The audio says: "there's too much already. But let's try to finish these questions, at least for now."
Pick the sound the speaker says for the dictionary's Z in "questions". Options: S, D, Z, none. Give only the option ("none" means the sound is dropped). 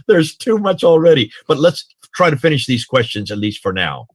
Z